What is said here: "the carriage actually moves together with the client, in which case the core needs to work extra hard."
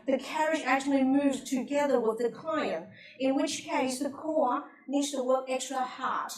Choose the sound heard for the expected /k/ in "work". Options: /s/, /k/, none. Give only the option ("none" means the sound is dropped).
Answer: none